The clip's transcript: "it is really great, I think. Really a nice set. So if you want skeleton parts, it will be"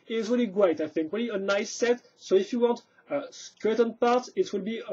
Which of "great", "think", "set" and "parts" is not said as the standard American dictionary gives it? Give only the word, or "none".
parts